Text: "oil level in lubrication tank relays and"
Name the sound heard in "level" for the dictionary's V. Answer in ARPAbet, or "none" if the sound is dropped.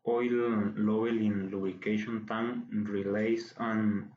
B